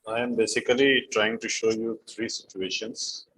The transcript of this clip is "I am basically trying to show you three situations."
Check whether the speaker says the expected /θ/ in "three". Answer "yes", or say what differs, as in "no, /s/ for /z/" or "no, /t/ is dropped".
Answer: no, /t/ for /θ/